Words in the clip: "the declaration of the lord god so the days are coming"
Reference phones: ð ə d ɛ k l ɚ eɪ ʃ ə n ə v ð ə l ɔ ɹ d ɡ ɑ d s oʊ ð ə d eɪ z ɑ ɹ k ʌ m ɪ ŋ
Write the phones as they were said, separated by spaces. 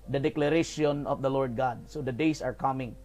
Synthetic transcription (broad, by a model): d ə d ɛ k l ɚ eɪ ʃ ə n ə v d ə l ɔ ɹ d ɡ ɑ d s oʊ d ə d eɪ s ɑ ɹ k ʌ m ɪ ŋ